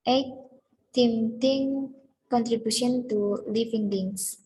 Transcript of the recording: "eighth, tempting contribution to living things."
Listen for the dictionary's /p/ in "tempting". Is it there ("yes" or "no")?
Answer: no